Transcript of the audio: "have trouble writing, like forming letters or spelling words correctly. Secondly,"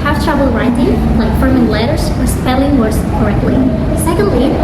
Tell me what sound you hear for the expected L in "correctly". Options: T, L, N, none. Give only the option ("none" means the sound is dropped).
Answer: L